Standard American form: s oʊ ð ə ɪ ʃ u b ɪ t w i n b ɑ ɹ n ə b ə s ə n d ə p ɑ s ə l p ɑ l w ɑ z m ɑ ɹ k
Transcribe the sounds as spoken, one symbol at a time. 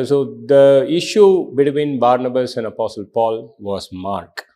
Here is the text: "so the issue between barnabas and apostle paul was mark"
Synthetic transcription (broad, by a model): s oʊ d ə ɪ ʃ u b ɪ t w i n b ɑ ɹ n ə b ə s ə n d ə p ɑ s ə l p ɑ l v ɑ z m ɑ ɹ k